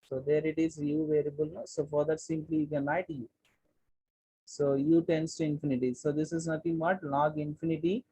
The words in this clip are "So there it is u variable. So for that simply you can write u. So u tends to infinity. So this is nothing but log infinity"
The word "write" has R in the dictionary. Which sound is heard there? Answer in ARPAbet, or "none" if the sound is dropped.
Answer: L